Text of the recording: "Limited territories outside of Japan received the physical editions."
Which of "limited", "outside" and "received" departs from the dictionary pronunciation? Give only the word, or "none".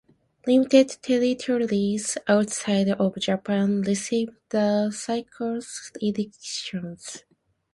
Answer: received